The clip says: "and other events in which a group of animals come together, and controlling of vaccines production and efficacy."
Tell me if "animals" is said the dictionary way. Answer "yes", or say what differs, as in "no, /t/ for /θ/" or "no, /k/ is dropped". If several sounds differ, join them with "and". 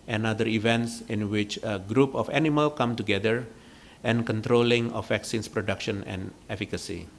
no, /z/ is dropped